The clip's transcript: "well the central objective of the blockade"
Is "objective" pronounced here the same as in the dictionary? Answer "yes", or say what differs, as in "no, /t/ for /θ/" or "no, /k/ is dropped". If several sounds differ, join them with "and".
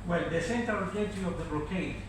no, /k/ is dropped and /v/ is dropped